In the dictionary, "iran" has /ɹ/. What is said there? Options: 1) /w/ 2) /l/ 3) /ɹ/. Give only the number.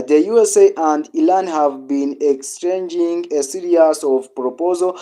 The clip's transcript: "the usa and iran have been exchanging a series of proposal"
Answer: 2